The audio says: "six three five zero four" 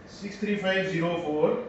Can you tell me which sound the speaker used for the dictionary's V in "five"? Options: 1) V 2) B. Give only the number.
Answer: 2